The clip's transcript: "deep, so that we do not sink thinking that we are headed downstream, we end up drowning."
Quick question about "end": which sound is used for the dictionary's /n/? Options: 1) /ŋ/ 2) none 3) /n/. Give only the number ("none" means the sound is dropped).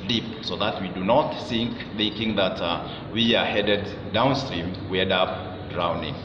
2